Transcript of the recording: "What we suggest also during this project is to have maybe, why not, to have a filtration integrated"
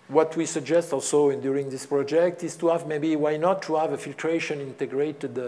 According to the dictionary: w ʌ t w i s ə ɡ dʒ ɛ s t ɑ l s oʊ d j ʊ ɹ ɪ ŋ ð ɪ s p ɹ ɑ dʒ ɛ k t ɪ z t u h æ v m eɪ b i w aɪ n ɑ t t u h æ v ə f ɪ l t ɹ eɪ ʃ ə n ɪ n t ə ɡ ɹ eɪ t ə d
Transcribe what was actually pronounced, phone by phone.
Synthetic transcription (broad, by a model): w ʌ t w i s ə ɡ dʒ ɛ s t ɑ l s oʊ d j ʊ ɹ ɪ ŋ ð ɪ s p ɹ ɑ dʒ ɛ k t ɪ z t u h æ v m eɪ b i w aɪ n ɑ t t u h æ v ə f ɪ l t ɹ eɪ ʃ ə n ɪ n t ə ɡ ɹ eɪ t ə d